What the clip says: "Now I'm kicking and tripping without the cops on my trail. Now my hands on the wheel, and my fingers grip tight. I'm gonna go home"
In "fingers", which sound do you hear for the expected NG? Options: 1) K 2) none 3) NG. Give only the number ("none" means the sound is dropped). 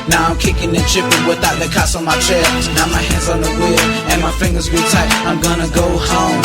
3